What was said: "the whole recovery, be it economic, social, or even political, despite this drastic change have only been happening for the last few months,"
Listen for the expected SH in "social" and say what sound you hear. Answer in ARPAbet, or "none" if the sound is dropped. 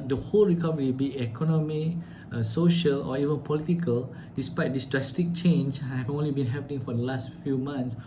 SH